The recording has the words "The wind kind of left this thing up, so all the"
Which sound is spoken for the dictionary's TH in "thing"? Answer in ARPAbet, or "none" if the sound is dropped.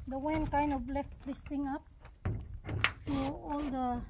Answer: T